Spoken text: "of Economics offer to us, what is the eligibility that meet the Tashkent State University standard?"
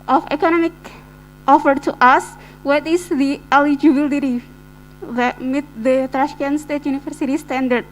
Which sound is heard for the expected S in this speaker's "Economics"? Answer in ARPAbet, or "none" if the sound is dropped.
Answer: none